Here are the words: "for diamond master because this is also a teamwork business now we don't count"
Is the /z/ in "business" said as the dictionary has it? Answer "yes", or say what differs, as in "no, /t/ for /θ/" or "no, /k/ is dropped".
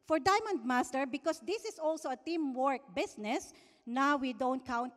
no, /s/ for /z/